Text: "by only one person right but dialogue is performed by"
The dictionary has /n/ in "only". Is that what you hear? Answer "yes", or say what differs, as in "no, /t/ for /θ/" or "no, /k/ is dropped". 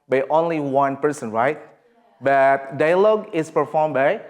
yes